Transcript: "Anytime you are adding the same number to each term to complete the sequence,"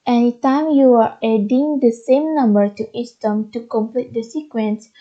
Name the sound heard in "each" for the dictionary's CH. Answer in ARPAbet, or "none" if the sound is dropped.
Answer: S